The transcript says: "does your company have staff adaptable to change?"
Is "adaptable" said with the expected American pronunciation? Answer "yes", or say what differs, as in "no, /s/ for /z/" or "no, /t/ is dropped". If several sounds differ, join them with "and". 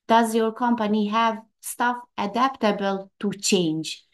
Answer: yes